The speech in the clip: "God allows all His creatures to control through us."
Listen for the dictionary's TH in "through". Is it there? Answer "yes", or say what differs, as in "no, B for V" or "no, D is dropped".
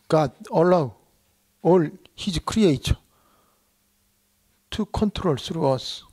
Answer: no, S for TH